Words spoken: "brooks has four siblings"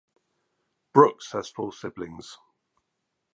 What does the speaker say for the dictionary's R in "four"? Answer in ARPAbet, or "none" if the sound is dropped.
L